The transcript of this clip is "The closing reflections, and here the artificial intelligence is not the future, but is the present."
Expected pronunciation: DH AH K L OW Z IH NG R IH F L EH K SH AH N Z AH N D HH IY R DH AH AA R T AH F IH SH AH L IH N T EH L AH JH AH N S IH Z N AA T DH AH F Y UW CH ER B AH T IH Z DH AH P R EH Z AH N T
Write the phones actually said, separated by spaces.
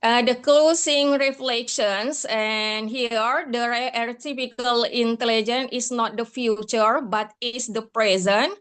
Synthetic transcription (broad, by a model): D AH K L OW S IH NG R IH F L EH K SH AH N S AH N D HH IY R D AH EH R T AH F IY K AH L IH N T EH L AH JH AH N IH S N AA T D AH F Y UW CH ER B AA T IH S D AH P R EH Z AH N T